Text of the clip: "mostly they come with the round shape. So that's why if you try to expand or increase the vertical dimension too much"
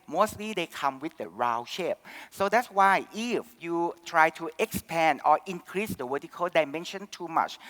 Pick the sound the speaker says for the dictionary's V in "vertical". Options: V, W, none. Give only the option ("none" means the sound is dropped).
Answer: W